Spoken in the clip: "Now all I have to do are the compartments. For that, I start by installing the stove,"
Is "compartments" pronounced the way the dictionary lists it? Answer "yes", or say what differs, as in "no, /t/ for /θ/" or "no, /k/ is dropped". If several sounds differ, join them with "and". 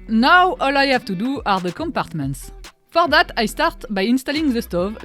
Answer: yes